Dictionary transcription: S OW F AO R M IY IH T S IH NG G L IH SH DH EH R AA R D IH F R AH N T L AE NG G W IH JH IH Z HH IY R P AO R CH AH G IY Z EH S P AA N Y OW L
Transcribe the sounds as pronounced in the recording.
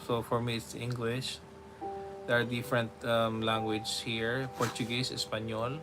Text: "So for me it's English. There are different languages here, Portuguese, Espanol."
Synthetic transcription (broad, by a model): S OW F AO R M IY IH T S IH NG G L IH SH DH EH R AA R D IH F R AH N T L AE NG G W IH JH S HH IY R P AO R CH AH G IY S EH S P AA N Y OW L